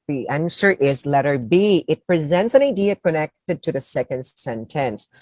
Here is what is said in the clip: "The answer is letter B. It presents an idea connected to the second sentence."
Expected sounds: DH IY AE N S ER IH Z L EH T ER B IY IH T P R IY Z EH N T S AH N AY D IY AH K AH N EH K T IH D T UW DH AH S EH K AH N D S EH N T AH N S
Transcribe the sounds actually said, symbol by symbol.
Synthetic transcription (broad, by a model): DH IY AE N S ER IH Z L EH T ER B IY IH T P R IY Z EH N T S AH N AY D IY AH K AH N EH K T IH D T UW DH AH S EH K AH N D S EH N T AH N S